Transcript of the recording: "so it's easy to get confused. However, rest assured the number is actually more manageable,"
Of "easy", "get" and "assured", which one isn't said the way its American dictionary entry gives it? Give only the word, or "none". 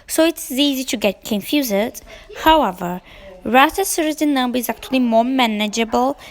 assured